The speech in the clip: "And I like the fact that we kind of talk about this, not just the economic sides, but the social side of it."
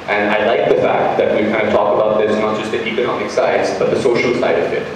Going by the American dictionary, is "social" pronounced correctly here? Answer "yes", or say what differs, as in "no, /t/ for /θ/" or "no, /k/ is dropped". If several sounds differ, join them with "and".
yes